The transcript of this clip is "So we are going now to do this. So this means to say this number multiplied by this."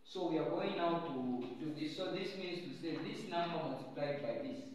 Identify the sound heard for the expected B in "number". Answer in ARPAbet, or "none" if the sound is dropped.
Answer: none